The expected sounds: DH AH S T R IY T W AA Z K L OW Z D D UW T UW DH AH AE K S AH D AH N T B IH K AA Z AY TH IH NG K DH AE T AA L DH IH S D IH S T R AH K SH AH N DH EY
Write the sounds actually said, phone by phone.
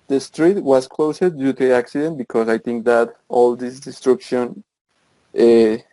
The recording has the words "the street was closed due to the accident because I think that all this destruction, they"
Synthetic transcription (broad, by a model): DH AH S T R IY T W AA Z K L OW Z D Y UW T UW AE K S AH D AH N T B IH K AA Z AY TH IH NG K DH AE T AA L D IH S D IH S T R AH K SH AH N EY